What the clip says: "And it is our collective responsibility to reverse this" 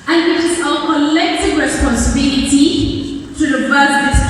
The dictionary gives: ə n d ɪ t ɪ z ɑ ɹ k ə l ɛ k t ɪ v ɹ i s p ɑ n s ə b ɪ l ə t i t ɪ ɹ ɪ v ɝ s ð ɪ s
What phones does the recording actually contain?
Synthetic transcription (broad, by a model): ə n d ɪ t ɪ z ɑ l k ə l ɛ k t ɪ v ɹ i s p ɑ n s ə b ɪ l ə t i t ɪ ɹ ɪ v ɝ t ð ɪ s